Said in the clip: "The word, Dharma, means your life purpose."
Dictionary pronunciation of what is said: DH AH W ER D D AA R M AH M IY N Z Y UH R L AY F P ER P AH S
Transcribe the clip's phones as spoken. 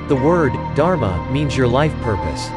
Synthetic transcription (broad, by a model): DH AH W ER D D AA R M AH M IY N Z Y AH R L AY F P ER P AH S